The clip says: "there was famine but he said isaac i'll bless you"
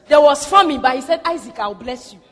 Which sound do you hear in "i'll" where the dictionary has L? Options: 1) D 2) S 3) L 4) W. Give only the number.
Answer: 4